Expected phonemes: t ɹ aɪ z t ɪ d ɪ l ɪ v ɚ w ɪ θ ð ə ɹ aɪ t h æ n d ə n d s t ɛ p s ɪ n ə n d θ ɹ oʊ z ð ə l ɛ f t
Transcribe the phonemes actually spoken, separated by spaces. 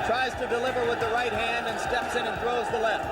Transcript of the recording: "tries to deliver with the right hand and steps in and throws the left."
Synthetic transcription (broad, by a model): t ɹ aɪ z t ɪ d ɪ l ɪ v ɚ w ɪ ð ə ɹ aɪ t h æ n d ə n s t ɛ p s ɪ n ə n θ ɹ oʊ z ð ə l ɛ f t